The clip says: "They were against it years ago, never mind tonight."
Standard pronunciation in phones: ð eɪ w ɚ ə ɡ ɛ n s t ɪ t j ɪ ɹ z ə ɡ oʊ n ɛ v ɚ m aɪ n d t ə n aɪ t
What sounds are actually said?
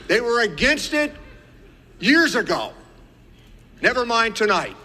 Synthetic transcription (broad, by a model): ð eɪ w ɚ ə ɡ ɛ n s t ɪ t j ɪ ɹ z ə ɡ oʊ n ɛ v ɚ m aɪ n t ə n aɪ t